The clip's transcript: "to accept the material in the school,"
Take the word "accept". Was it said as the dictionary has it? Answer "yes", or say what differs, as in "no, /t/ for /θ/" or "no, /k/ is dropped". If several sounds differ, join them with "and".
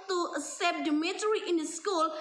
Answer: no, /k/ is dropped